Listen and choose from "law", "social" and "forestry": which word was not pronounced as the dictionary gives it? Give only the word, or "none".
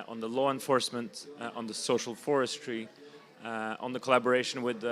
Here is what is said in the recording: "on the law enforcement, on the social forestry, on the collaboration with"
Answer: none